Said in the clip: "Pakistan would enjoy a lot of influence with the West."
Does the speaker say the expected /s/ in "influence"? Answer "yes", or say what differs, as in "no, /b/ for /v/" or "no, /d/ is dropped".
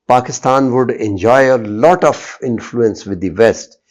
yes